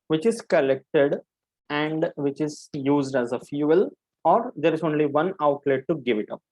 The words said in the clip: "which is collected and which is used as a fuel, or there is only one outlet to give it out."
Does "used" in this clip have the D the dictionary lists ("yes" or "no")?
yes